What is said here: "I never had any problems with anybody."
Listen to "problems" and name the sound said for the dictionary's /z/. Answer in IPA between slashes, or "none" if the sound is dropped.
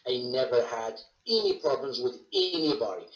/z/